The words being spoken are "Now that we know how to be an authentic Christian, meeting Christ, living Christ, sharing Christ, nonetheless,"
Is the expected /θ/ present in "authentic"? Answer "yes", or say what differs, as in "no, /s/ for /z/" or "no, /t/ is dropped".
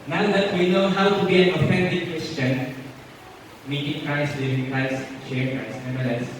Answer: no, /f/ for /θ/